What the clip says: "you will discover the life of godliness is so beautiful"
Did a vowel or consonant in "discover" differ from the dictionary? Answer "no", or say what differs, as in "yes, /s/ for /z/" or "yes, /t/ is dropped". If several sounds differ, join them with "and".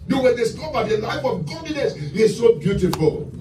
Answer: yes, /b/ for /v/